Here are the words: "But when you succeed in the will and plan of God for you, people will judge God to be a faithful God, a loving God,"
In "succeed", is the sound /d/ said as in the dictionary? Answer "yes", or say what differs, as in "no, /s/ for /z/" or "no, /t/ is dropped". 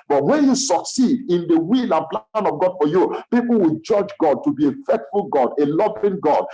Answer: yes